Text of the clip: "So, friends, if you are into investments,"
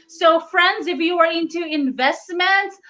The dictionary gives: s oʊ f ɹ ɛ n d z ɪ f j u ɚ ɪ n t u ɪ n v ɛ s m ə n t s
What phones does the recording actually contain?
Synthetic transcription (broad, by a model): s oʊ f ɹ ɛ n d z ɪ f j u ɚ ɪ n t u ɪ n v ɛ s m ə n t s